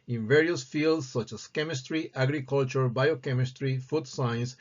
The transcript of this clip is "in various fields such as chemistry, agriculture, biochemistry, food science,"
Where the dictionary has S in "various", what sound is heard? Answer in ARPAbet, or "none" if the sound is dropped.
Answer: S